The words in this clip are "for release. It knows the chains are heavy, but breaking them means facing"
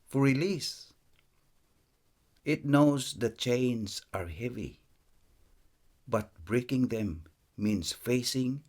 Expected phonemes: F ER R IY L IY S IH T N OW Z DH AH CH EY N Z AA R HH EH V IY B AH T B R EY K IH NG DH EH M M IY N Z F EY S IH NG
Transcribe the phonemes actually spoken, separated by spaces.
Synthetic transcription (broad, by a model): F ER R IY L IY S IH T N OW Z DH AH CH EY N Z AA R HH EH V IY B AH T B R EY K IH NG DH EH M M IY N S F EY S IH NG